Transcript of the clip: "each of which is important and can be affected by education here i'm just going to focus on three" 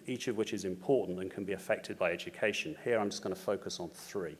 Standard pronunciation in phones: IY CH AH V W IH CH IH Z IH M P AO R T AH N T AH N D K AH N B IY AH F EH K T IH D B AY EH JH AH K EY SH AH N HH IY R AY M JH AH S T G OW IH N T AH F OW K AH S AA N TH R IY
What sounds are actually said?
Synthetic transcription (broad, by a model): IY CH AH V W IH CH IH Z IH M P AO T N T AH N K AH N B IY AH F EH K T IH D B AY EH JH AH K EY SH AH N HH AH R AY M JH AH S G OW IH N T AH F OW K AH S N TH R IY